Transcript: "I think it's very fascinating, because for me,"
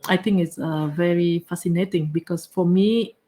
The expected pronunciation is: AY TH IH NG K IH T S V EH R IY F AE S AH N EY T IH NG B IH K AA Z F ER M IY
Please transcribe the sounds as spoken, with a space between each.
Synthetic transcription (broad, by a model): AY T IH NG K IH T S V EH R IY F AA S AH N EY T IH NG B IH K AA S F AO M IY